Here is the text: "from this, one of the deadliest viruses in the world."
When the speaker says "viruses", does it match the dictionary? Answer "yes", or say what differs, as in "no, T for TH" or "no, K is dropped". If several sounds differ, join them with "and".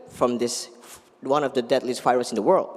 no, F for V